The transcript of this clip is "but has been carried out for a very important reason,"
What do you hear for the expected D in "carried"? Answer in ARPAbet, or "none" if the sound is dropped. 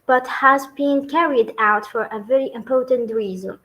D